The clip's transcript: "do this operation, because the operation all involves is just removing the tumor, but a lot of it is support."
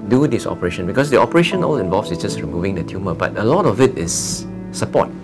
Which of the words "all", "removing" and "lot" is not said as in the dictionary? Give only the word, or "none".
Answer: none